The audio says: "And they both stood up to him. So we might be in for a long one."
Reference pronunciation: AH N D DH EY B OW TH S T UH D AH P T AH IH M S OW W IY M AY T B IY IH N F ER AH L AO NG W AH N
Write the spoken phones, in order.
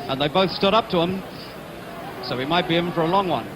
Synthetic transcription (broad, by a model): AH N DH EY B OW TH S T UH D AH P T AH IH M S OW W IY M AY T B IY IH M F ER AH L AO NG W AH N